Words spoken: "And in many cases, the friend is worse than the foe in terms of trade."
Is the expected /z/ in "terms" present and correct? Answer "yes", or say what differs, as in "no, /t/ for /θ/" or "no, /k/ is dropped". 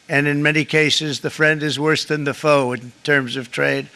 yes